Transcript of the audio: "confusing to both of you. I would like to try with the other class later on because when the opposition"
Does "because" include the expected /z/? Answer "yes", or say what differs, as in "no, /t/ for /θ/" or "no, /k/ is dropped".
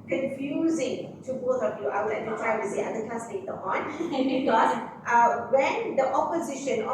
no, /z/ is dropped